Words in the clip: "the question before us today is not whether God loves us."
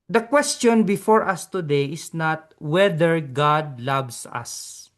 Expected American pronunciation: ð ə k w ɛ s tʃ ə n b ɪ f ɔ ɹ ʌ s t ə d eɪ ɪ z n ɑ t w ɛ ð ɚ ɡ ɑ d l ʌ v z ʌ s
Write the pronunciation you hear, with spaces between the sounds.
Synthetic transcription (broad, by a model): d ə k w ɛ s tʃ ə n b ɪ f ɔ ɹ ʌ s t ə d eɪ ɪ s n ɑ t w ɛ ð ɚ ɡ ɑ d l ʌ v s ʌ s